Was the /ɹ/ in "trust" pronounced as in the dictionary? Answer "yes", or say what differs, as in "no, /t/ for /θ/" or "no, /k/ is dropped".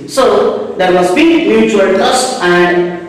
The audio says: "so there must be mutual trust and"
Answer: no, /ɹ/ is dropped